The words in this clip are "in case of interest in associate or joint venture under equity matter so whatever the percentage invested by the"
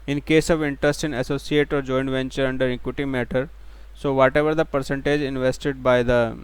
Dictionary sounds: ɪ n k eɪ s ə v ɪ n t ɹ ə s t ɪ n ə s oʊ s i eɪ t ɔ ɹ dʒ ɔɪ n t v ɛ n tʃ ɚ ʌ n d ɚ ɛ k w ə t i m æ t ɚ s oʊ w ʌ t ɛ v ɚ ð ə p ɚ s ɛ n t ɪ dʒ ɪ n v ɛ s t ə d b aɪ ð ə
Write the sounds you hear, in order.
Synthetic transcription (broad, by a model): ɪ n k eɪ s ə v ɪ n t ɹ ə s t ɪ n ə s oʊ s i eɪ t ɔ ɹ dʒ ɔɪ n v ɛ n tʃ ɚ ʌ n d ɚ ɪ k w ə t i m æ t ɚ s oʊ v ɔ t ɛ v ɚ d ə p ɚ s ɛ n t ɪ dʒ ɪ n v ɛ s t ə d b aɪ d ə